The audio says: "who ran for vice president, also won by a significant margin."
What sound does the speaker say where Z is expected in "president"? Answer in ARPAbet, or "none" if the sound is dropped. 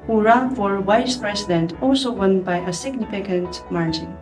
S